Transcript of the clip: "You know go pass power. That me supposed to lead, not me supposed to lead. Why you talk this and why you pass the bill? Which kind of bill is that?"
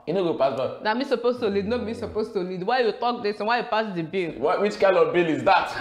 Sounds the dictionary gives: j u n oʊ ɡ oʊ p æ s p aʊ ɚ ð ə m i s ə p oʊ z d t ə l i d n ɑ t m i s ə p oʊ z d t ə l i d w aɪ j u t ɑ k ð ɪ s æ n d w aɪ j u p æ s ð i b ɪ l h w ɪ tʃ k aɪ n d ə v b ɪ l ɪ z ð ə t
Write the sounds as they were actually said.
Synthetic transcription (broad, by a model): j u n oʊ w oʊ p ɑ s b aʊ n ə m i s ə p oʊ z t ə l i d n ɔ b m i s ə p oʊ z t ə l i d w aɪ j u t ɑ k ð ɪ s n w aɪ j u p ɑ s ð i b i l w w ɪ tʃ k aɪ n d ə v b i l ɪ z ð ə t